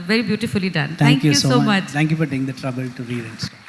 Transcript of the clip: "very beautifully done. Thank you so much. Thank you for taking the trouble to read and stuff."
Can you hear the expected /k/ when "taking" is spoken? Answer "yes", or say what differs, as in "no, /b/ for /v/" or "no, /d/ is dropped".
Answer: no, /k/ is dropped